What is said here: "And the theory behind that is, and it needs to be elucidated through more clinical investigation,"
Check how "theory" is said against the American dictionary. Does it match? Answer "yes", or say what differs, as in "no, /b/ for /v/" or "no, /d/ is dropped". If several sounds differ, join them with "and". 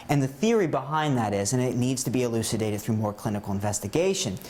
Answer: yes